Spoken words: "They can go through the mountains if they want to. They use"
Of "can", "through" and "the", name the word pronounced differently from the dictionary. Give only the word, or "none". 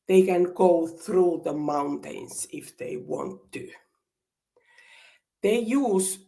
none